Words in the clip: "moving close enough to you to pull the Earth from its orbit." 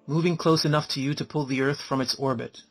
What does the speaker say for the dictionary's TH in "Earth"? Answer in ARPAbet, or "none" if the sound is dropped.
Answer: TH